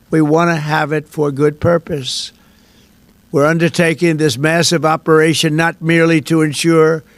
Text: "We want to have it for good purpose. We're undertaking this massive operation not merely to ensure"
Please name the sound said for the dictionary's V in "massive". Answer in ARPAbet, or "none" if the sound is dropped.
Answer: V